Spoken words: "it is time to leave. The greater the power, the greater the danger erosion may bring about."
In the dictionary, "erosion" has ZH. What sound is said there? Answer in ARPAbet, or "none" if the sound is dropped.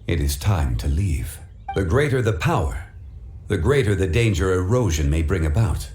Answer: ZH